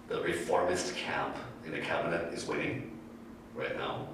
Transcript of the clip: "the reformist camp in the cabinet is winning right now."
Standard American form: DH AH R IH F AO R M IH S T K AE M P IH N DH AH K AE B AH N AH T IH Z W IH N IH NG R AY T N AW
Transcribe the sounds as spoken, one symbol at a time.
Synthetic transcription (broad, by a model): DH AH R IH F AO R M IH S T K AE M P IH N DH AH K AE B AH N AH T IH Z W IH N IH NG R AY T N AW